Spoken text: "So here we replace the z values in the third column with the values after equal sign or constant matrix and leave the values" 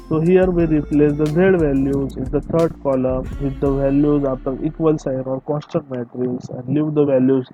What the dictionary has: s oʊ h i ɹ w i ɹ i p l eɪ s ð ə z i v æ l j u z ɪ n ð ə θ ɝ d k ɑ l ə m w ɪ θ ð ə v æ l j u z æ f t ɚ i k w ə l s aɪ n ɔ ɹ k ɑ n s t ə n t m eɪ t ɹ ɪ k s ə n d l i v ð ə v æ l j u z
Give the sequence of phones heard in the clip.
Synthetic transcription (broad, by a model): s oʊ h i ɹ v i ɹ i p l eɪ s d ə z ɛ v æ l j u z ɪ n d ə t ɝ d k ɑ l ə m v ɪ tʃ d ə v æ l j u z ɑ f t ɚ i k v ə l s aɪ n ɔ ɹ k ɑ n s t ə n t m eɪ t ɹ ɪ s ə n d l i v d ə v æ l j u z